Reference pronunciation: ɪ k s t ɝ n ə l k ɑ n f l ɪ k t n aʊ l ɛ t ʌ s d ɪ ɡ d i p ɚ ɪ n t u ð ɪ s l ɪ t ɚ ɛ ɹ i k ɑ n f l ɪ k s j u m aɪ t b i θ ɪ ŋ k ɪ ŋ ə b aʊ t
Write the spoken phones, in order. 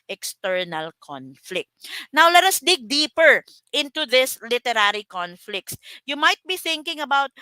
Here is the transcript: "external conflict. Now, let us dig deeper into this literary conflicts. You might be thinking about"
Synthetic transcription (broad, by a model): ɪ k s t ɝ n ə l k ɑ n f l ɪ k t n aʊ l ɛ t ʌ s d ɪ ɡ d i p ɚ ɪ n t u ð ɪ s l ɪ t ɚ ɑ ɹ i k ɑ n f l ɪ k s j u m aɪ t b i θ ɪ ŋ k ɪ ŋ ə b aʊ t